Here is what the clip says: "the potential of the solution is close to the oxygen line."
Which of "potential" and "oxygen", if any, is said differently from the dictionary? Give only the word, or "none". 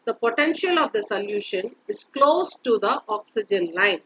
none